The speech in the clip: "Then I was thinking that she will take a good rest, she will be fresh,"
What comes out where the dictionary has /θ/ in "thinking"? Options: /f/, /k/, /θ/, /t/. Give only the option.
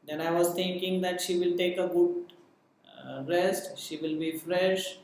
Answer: /t/